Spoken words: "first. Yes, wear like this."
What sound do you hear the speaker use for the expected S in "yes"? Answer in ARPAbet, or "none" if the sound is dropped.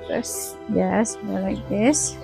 S